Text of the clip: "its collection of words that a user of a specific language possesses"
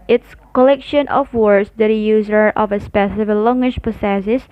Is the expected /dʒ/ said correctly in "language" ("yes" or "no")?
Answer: no